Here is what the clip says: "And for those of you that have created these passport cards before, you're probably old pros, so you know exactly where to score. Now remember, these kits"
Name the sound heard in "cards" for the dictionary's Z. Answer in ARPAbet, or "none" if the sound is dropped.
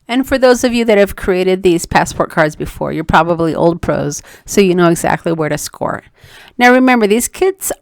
Z